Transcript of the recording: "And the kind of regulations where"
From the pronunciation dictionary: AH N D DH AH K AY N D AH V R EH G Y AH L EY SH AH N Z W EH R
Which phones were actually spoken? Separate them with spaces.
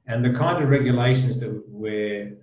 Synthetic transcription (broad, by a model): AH N DH AH K AY N D AH V R EH G Y AH L EY SH AH N Z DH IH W